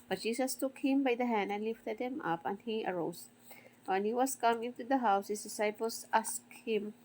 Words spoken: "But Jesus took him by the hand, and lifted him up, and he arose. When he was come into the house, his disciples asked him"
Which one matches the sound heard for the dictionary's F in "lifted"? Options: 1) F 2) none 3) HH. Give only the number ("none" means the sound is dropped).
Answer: 1